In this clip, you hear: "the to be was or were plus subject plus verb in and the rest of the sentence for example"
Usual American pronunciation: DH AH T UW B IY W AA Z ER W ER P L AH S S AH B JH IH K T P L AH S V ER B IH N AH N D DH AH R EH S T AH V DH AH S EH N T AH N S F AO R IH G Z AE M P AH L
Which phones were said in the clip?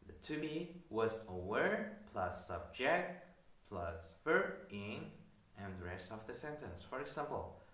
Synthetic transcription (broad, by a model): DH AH T UW B IY W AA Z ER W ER P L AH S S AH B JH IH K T P L AH S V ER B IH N AH N D R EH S AH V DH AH S EH N T AH N S F AO R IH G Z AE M P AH L